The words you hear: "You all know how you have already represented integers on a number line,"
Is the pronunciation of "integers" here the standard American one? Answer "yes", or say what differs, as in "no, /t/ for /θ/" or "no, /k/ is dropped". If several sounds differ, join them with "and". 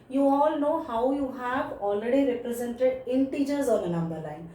yes